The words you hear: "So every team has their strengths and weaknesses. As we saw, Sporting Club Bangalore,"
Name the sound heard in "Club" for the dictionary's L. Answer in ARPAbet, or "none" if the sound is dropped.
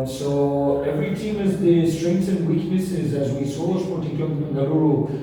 none